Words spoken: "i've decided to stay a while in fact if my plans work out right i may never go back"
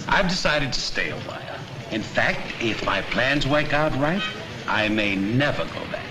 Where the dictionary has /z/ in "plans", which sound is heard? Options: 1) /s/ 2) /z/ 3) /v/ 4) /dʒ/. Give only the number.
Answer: 2